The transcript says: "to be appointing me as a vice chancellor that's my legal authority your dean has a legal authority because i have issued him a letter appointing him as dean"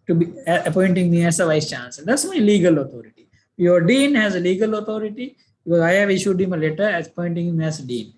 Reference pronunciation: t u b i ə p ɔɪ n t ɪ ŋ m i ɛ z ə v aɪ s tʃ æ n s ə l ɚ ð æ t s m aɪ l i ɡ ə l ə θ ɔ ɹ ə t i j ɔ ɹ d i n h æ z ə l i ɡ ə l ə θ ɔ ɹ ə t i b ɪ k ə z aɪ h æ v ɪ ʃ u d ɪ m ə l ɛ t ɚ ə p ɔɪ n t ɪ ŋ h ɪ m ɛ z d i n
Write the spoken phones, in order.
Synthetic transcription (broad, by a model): t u b i ə p ɔɪ n t ɪ ŋ m i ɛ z ə v aɪ s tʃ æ n s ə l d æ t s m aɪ l i ɡ ə l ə t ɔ ɹ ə t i j ɔ ɹ d i n h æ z ə l i ɡ ə l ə t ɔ ɹ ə t i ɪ ə ɛ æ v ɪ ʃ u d ɪ m ə l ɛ t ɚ ə p ɔɪ n t ɪ ŋ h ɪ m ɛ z d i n